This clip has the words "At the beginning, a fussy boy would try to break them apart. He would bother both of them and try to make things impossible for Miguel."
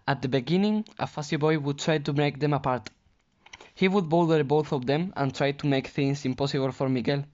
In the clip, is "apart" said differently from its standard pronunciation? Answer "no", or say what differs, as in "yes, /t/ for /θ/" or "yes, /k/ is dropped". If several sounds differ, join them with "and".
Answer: no